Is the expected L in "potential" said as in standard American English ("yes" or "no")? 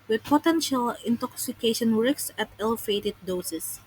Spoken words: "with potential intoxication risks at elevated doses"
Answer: yes